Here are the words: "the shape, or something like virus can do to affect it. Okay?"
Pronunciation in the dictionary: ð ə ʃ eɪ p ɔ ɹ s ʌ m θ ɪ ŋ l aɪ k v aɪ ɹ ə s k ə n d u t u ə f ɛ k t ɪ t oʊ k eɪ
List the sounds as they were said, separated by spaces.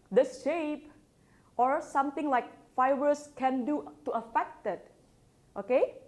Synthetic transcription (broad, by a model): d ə ʃ eɪ p ɔ ɹ s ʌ m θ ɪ ŋ l aɪ k f aɪ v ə s k ə n d u t u ə f ɛ k t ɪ t oʊ k eɪ